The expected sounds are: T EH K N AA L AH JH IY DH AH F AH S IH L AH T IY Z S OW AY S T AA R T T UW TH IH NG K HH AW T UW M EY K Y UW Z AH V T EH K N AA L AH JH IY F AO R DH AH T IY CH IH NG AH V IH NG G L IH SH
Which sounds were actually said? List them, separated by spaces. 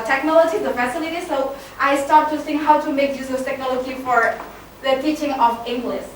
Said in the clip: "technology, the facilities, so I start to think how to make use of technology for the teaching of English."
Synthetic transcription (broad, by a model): T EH K N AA L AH JH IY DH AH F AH S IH L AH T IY S OW AY S T AA R T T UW S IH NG HH AW T UW M EY K Y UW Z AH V T EH K N AA L AH JH IY F AO R DH AH T IY CH IH NG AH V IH NG G L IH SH